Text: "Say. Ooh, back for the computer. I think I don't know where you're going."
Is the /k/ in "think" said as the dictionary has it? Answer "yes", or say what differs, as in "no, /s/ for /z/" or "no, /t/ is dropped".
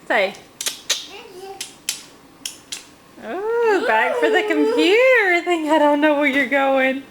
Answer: no, /k/ is dropped